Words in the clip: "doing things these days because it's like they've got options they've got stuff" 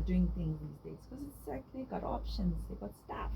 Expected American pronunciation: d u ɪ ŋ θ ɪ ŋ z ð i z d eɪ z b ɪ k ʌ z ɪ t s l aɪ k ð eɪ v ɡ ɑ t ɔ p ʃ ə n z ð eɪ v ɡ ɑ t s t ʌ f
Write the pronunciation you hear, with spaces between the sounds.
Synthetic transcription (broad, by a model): d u ɪ ŋ θ ɪ ŋ z ð i z d eɪ z k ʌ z ɪ t s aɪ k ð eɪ ɡ ɑ t ɔ p ʃ ə n z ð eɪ ɡ ɑ t s t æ f